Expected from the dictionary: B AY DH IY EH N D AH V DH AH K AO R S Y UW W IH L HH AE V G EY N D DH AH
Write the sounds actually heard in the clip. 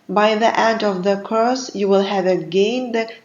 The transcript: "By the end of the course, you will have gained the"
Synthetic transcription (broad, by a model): B AY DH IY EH D AH V DH AH K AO S Y UW W IH L HH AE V G EY N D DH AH